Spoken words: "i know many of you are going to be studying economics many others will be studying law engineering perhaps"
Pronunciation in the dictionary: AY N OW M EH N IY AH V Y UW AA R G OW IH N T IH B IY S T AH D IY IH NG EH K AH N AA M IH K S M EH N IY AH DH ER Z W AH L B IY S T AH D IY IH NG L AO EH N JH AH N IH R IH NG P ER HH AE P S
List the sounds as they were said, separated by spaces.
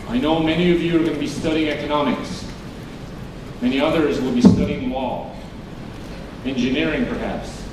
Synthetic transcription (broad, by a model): AY N OW M EH N IY AH V Y UW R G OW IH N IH B IY S T AH D IY IH NG EH K AH N AA M IH K S M EH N IY AH DH ER Z W AH L B IY S T AH D IY IH NG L AO EH N JH AH N IH R IH NG P ER HH AE P S